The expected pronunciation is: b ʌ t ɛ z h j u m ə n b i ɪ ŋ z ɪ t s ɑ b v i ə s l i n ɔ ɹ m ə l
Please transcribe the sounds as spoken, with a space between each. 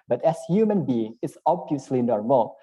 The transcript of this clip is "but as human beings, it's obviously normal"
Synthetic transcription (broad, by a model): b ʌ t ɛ s h j u m ə n b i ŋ ɪ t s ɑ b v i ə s l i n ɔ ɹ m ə